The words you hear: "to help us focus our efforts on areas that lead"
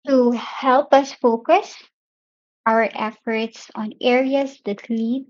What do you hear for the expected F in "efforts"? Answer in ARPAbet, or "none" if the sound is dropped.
F